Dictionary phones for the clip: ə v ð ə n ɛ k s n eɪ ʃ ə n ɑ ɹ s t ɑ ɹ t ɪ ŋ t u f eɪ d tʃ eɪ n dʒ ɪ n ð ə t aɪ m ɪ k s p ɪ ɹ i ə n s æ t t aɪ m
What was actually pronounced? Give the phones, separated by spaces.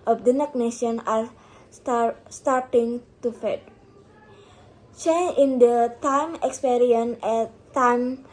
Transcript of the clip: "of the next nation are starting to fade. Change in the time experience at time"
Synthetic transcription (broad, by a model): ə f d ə n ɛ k n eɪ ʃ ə n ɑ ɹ s t ɑ ɹ t ɪ ŋ t u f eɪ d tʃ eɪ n ɪ n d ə t aɪ m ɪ k s p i ɹ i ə n ɛ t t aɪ m